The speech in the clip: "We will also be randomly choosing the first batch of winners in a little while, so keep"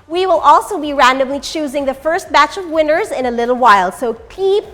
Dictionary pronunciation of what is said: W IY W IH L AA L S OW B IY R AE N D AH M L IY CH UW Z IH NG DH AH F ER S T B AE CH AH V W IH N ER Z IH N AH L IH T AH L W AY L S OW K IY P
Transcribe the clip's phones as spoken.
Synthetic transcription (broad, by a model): W IY W IH L AA L S OW B IY R AE N D AH M L IY CH UW Z IH NG DH AH F ER S T B AE CH AH V W IH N ER Z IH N AH L IH T L W AY L S OW K IY P